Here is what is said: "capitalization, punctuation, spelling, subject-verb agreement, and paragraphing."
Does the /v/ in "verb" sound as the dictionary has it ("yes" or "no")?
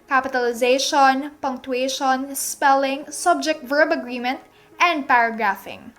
yes